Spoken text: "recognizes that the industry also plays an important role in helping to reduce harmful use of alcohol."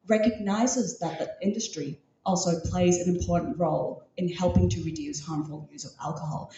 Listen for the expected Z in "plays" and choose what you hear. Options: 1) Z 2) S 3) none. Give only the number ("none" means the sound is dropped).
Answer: 1